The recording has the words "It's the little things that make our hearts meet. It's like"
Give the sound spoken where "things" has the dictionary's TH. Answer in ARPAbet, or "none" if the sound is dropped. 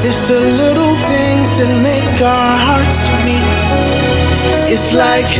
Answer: TH